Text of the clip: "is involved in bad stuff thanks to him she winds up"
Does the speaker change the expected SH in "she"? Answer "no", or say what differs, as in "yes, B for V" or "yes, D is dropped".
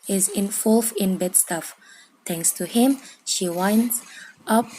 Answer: no